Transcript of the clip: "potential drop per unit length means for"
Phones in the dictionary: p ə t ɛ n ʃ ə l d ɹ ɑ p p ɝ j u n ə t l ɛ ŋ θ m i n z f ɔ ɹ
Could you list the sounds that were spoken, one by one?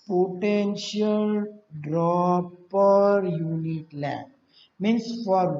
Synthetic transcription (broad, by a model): p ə t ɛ n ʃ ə l d ɹ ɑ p p ɝ j u n ə t l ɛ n m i n s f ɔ ɹ